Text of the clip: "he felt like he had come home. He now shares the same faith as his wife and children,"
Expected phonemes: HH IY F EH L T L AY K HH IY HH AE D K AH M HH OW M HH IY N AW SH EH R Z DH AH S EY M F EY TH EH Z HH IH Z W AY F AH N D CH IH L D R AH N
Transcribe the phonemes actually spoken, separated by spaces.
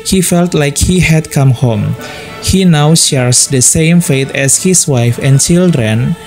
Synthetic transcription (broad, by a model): HH IY F EH L T L AY K HH IY HH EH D K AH M HH OW M HH IY N AW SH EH R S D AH S EY M F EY T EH S HH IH S W AY F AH N CH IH L D R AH N